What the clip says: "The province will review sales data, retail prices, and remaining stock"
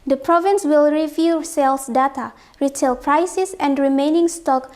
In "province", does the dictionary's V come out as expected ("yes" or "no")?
yes